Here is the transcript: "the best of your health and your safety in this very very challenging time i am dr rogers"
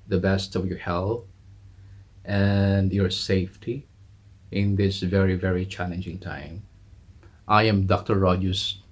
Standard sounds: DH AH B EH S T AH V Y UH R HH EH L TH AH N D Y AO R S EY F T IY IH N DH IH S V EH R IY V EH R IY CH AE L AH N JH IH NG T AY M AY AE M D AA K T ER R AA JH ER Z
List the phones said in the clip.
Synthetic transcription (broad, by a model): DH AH B EH S T AH V Y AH R HH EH L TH AH N D Y AO R S EY F T IY IH N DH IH S V EH R IY V EH R IY CH AE L AH N JH IH NG T AY M AY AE M D AA K T ER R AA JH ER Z